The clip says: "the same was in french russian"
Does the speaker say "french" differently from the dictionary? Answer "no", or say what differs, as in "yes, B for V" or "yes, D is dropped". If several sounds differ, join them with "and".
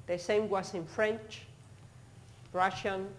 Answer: no